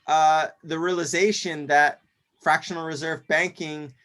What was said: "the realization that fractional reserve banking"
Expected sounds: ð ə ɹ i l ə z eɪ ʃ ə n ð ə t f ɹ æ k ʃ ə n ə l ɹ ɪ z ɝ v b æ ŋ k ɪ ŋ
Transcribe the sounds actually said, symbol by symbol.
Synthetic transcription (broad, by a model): ð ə ɹ i l ə z eɪ ʃ ə n ð ə t f ɹ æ k ʃ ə n l ɹ ɪ z ɝ v b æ ŋ k ɪ ŋ